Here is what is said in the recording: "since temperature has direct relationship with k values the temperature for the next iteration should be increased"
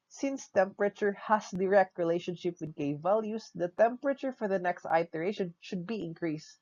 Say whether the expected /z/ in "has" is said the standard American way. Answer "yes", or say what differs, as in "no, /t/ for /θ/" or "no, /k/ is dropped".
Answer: no, /s/ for /z/